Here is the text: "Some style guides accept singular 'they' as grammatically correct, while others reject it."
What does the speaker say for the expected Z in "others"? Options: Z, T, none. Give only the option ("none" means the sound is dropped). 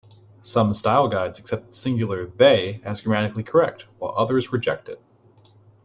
Z